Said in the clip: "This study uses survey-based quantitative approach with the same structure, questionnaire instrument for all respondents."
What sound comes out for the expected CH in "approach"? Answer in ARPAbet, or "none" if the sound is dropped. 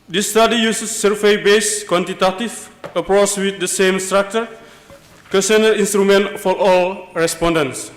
S